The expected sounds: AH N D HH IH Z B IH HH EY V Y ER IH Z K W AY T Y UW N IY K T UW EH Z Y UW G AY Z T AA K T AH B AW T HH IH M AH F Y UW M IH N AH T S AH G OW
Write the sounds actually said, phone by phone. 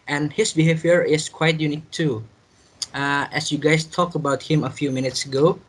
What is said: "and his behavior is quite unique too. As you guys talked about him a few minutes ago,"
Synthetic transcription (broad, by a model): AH N HH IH S B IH HH EY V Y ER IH S K W AY T Y UW N IY K T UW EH S Y UW G AY S T AA K AH B AW T HH IH M AH F Y UW M IH N AH T S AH G OW